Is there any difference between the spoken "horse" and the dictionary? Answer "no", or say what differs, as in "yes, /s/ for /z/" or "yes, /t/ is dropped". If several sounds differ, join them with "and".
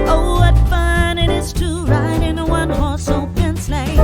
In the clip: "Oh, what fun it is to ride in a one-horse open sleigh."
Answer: yes, /l/ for /ɹ/